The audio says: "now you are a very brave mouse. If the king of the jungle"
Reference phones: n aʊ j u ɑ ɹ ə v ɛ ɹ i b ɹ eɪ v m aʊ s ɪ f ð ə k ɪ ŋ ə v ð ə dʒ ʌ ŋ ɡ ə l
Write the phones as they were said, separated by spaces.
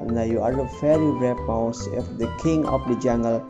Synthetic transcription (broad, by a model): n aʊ j u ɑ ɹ ə f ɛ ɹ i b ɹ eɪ p m aʊ s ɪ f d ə k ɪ ŋ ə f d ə dʒ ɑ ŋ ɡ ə l